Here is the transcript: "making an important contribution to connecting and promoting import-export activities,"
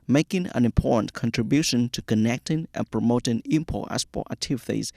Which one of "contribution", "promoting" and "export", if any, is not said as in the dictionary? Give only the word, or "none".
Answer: export